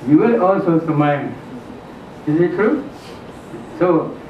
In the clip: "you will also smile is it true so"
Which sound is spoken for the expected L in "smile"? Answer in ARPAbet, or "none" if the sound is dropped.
N